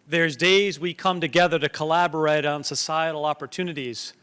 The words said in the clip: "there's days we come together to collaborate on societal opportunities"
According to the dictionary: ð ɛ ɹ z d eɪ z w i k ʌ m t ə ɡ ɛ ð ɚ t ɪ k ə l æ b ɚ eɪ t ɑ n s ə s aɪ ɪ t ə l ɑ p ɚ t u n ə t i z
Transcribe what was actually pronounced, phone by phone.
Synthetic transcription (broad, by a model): ð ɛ ɹ z d eɪ z w i k ʌ m t ə ɡ ɛ ð ɚ t ɪ k ə l æ b ɚ eɪ t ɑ n s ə s aɪ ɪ t l ɑ p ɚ t u n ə t i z